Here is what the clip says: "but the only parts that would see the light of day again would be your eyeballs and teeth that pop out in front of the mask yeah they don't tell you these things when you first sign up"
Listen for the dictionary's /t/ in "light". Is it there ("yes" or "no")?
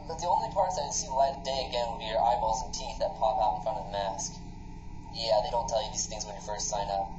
no